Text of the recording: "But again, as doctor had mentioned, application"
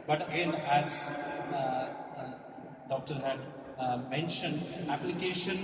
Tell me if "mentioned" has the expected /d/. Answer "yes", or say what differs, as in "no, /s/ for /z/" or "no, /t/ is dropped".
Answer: yes